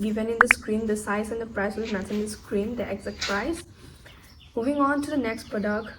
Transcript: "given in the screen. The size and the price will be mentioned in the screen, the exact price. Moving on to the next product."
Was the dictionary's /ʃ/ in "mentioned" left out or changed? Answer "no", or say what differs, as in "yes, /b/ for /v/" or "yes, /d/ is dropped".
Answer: yes, /ʃ/ is dropped